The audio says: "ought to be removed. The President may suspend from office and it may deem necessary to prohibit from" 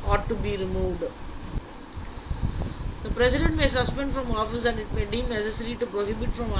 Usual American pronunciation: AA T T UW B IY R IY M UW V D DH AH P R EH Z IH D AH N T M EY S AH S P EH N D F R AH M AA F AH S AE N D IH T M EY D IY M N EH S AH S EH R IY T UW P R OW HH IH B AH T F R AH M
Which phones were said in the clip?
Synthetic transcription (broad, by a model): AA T T UW B IY R IY M UW V D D AH P R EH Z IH D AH N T M EY S AH S P EH N D F R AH M AA F AH S AE N D IH T M EY D IY M N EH S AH S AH R IY T UW P R OW HH IH B AH T F R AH M